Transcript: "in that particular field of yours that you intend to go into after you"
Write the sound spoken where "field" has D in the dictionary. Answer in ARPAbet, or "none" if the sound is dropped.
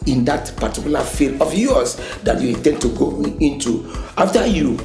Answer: none